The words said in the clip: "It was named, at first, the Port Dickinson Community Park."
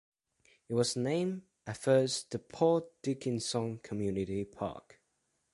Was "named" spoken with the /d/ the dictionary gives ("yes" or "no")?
no